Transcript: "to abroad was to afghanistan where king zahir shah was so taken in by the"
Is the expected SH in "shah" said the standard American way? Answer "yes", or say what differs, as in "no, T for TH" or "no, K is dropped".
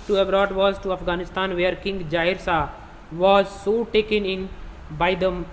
no, S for SH